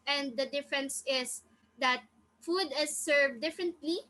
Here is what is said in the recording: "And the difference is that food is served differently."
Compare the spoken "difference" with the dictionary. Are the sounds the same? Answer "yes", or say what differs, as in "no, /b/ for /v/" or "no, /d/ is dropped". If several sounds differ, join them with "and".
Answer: yes